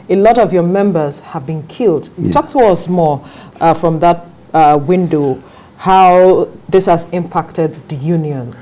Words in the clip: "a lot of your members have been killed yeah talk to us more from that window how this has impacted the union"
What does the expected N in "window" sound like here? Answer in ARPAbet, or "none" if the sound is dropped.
N